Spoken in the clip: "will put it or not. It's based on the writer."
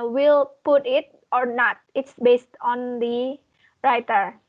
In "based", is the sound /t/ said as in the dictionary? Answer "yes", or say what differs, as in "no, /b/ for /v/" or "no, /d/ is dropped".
yes